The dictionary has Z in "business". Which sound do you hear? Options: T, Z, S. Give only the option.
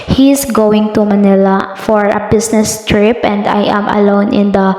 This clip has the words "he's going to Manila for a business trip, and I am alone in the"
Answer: S